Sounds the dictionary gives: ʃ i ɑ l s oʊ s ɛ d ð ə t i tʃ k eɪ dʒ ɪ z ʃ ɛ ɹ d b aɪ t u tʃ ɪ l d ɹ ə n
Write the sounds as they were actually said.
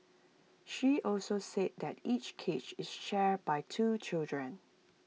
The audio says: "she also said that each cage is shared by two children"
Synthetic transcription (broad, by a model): ʃ i ɑ l s oʊ s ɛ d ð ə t i tʃ k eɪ tʃ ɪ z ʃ ɛ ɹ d b aɪ t u tʃ ɪ l d ɹ ə n